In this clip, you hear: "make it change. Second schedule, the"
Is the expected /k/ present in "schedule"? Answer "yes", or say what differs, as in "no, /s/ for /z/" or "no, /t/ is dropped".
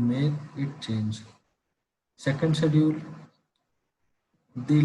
no, /k/ is dropped